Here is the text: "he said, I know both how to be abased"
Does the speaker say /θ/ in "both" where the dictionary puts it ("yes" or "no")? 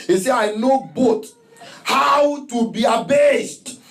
no